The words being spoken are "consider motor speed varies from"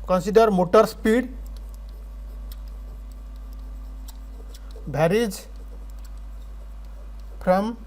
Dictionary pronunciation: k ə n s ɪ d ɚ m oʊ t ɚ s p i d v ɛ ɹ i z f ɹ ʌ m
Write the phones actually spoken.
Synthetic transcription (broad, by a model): k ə n s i d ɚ m oʊ t ɚ s p i d b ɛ ɹ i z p ɹ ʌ m